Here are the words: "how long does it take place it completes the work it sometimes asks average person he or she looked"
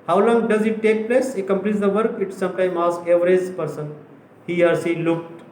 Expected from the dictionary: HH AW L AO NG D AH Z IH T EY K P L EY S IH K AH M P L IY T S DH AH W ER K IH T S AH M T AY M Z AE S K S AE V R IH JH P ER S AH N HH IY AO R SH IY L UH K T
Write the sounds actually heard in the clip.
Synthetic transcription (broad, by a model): HH AW L AO NG D AH Z IH T EY K P L EY S IH K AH M P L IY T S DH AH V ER K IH T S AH M T AY M AA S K EH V R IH Z P ER S AH N HH IY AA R S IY L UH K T